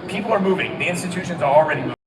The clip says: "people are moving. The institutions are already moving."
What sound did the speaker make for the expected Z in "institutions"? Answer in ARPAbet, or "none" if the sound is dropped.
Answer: Z